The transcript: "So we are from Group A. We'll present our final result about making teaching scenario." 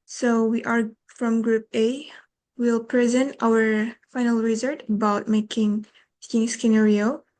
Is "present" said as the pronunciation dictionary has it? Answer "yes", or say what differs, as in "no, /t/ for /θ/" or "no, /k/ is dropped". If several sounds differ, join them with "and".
yes